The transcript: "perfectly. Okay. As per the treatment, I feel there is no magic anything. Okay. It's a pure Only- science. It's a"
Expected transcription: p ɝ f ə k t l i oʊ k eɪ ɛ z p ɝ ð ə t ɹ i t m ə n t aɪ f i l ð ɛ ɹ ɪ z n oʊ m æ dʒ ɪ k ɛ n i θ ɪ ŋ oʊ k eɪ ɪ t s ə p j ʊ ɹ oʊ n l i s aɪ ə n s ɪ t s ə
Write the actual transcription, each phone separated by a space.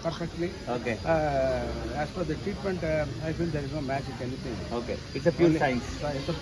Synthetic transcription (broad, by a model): p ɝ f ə k t l i oʊ k eɪ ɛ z f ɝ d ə t ɹ i t m ə n t aɪ f i l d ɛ ɹ ɪ z n oʊ m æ tʃ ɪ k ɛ n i t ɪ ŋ oʊ k eɪ ɪ t s ə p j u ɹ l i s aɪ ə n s ɪ t s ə